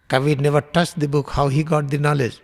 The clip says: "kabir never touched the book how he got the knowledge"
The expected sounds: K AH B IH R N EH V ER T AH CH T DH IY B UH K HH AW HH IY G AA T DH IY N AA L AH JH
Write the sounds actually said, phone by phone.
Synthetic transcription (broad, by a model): K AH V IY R N EH V ER T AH S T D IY B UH K HH AW HH IY G AA T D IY N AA L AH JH